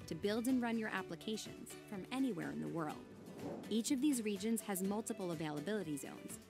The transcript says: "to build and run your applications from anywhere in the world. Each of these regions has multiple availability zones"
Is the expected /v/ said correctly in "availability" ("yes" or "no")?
yes